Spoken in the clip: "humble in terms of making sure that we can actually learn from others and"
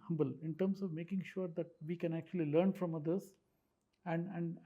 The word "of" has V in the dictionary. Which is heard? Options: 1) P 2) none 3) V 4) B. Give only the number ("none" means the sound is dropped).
3